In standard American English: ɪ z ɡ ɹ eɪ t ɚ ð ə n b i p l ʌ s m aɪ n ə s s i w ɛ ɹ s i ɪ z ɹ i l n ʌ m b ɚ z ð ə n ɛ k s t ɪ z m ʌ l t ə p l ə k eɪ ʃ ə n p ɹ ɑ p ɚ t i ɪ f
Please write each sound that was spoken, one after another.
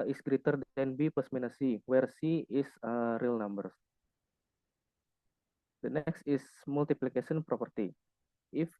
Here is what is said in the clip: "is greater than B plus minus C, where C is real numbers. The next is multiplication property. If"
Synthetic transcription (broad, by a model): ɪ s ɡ ɹ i t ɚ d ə n b i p ʌ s m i n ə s s i w ɛ ɹ s i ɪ s ɹ i l n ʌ m b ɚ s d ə n ɛ k s t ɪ s m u l t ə p l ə k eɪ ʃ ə n p ɹ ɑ p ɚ t i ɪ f